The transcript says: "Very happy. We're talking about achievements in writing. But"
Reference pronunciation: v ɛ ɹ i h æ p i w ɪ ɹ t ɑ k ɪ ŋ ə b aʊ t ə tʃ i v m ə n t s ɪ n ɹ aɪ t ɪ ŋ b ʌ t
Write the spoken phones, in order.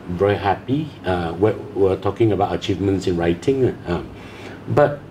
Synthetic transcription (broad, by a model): v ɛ ɹ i h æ p i w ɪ w t ɑ k ɪ ŋ ə b aʊ t ə tʃ i v m ə n t s ɪ n ɹ aɪ t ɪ ŋ b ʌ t